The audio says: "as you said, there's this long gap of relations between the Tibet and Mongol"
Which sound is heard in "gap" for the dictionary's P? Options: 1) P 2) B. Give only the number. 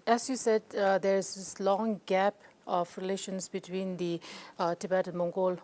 1